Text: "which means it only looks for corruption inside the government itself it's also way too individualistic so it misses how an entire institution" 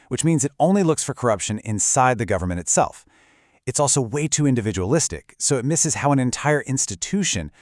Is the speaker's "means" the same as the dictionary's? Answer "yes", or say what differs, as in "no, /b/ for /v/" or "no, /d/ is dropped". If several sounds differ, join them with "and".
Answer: yes